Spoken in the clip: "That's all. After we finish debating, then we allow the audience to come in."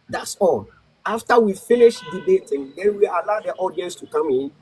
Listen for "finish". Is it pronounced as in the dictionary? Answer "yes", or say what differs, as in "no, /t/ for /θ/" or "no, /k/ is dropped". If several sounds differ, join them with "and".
yes